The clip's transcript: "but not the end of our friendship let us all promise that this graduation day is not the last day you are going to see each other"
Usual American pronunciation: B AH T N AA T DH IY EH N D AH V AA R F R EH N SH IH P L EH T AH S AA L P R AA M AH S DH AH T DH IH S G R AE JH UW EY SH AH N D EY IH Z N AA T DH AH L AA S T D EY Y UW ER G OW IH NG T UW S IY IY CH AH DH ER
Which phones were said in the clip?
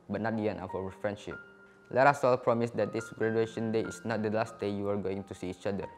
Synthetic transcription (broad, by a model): B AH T N AA T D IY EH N AH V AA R F R EH N SH IH P L EH T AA S AA L P R AA M AH S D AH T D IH S G R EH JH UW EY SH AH N D EY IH S N AA T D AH L AA S T D EY Y UW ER G OW IH NG T UW S IY IY CH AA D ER